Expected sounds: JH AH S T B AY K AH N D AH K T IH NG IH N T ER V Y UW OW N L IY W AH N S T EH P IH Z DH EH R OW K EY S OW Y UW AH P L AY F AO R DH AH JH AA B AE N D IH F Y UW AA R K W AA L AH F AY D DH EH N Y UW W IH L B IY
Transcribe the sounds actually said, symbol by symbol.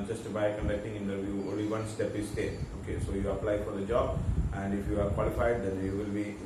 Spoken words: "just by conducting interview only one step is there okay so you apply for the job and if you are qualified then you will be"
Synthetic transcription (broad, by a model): JH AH S T B AY K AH N D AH K T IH NG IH N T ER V Y UW OW N L IY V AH N S T EH P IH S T EH OW K EY S OW Y UW AH P L AY F AO R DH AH JH AA B AE N D IH F Y UW AA R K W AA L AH F AY D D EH N Y UW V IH L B IY